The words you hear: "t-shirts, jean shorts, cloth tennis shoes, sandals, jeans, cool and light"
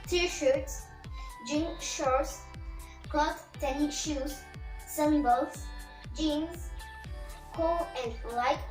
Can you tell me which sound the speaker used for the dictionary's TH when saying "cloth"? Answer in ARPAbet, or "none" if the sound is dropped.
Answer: S